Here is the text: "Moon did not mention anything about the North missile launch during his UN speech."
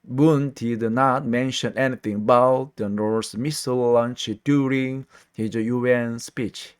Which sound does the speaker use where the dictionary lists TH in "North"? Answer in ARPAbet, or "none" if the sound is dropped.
S